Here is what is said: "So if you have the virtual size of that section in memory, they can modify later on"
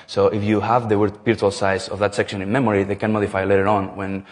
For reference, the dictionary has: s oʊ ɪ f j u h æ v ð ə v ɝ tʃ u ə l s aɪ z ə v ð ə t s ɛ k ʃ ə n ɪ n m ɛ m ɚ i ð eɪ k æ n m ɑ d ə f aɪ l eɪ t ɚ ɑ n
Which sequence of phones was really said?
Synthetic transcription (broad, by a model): s oʊ ɪ f j u h æ v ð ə w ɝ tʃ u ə l s aɪ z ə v ð ə t s ɛ k ʃ ə n ɪ n m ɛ m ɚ i ð eɪ k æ n m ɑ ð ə f aɪ l eɪ t ɚ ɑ n